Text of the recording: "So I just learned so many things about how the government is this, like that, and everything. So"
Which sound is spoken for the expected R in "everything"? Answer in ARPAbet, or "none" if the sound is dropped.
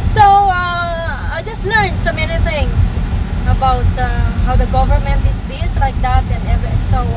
none